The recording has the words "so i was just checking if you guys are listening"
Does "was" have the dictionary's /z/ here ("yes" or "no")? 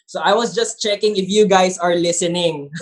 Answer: no